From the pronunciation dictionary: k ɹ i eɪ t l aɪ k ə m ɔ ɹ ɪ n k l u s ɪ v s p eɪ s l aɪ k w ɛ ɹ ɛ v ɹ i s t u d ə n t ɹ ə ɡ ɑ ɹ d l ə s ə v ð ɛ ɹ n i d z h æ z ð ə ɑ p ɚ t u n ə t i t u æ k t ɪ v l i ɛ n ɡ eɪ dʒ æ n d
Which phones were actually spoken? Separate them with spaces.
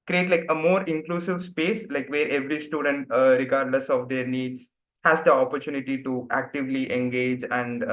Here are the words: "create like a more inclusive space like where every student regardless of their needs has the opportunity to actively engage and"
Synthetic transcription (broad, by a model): k ɹ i eɪ t l aɪ k ə m ɔ ɹ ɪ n k l u s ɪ v s p eɪ s l aɪ k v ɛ ɹ ɛ v ɹ i s t u d ə n t ɹ ə ɡ ɑ ɹ d l ə s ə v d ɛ ɹ n i d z h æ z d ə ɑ p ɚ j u n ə t i t u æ k t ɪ v l i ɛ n ɡ eɪ dʒ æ n d